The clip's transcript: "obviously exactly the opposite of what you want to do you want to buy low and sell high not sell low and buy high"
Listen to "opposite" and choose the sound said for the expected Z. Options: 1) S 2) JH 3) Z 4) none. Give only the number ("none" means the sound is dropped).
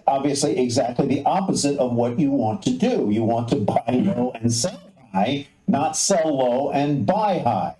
3